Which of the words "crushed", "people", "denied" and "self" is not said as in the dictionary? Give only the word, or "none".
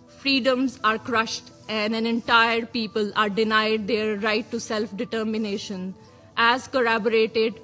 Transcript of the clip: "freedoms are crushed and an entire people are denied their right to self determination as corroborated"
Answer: none